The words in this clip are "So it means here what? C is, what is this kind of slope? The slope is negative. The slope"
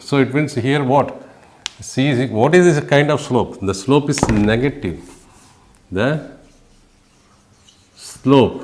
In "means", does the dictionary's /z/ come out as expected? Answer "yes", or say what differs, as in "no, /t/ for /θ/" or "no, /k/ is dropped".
no, /s/ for /z/